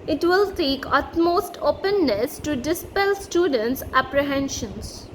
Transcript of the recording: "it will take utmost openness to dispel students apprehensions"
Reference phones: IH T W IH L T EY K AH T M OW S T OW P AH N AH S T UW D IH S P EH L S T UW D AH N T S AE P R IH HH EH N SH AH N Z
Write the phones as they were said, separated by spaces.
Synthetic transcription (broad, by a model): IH T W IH L S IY K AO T M OW S T OW P AH N AH S T UW D IH S P EH L S T UW D AH N T S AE P R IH HH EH N SH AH N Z